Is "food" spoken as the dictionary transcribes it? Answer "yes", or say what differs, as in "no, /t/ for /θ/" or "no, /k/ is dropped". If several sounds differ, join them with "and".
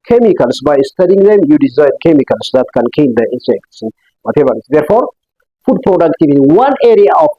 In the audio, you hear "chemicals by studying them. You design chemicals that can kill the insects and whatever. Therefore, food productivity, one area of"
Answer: yes